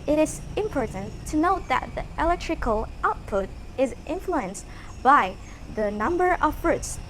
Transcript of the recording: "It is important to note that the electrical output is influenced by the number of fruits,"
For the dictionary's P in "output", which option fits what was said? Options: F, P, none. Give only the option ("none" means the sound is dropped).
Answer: P